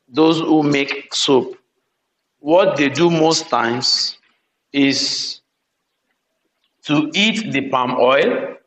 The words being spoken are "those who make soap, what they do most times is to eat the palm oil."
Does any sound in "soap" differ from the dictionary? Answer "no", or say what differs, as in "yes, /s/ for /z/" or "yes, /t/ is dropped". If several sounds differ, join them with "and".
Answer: no